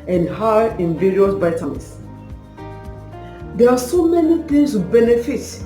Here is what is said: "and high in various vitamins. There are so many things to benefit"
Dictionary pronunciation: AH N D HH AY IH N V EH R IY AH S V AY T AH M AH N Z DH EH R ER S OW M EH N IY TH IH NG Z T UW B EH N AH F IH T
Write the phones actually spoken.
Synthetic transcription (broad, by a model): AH N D HH AY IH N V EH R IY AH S B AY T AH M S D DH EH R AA S OW M EH N IY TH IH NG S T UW B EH N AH F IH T